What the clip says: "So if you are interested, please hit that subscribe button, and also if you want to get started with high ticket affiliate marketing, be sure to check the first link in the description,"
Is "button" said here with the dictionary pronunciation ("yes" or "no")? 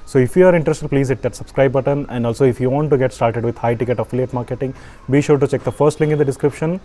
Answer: yes